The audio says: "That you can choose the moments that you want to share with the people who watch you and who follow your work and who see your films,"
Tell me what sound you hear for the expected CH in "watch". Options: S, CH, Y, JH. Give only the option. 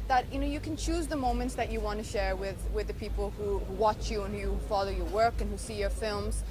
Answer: CH